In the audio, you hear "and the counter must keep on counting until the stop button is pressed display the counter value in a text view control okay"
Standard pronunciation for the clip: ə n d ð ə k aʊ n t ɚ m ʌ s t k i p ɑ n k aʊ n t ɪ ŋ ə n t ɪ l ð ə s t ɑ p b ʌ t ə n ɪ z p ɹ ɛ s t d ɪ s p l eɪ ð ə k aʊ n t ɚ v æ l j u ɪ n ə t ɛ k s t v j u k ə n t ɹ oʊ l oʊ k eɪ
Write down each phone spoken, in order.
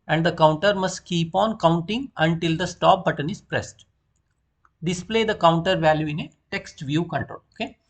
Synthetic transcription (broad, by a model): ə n d ə k aʊ n t ɚ m ʌ s t k i p ɑ n k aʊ n t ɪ ŋ ə n t ɪ l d ə s t ɑ p b ʌ t ə n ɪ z p ɹ ɛ s t d ɪ s p l eɪ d ə k aʊ n t ɚ v æ l j u ɪ n ə t ɛ k s t v j u k ə n t ɹ oʊ l oʊ k eɪ